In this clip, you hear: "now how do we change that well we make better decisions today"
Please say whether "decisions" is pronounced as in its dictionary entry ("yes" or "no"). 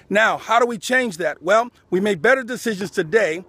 yes